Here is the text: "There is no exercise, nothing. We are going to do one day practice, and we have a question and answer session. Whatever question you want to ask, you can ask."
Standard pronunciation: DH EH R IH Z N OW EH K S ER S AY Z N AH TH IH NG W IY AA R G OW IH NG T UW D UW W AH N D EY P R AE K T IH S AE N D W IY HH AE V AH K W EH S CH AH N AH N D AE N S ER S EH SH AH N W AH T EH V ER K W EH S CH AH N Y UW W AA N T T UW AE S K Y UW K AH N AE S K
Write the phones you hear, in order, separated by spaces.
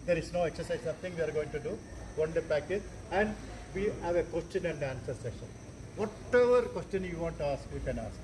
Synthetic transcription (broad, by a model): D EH R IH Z N OW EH K S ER S AY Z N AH T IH NG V IY AA R G OW IH NG T UW D UW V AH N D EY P AE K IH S AE N D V IY HH AE V AH K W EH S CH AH N AH N D AE N S ER S EH SH AH N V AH T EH V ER K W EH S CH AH N Y UW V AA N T T UW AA S K Y UW K AH N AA S K